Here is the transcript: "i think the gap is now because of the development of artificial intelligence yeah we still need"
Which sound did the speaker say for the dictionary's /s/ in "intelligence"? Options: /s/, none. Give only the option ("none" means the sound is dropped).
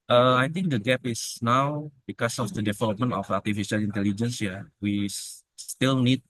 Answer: /s/